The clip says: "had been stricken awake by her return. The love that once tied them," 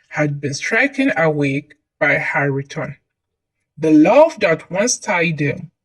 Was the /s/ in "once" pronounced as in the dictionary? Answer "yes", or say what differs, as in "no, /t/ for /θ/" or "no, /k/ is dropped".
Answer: yes